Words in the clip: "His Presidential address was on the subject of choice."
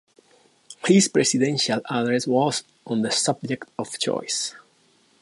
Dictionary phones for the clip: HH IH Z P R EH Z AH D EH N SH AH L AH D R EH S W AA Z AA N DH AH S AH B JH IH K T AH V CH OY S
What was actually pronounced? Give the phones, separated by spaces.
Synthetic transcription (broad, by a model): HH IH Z P R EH S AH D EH N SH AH L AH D R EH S W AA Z AA N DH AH S AH B JH IH K T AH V CH OY S